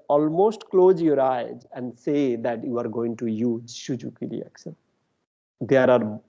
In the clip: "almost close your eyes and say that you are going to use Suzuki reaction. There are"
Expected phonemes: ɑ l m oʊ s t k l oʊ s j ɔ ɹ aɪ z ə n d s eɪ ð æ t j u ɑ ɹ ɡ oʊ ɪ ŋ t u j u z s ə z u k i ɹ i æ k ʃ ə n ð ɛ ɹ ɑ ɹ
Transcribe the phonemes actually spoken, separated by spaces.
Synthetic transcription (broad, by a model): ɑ l m oʊ s t k l oʊ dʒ j ɔ ɹ aɪ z ə n d s eɪ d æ t j u ɑ ɹ ɡ oʊ ɪ ŋ t u j u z ʃ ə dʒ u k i ɹ i æ k ʃ ə n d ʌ ɹ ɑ ɹ